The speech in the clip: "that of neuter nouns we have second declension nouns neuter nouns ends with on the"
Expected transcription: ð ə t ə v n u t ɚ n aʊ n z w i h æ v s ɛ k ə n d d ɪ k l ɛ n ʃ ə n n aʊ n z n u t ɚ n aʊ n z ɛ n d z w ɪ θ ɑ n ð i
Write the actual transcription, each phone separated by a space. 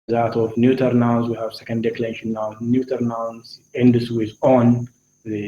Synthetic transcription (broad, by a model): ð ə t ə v n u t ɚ n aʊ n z w i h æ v s ɛ k ə n d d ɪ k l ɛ ʃ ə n n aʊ n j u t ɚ n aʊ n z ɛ n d s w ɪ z ɑ n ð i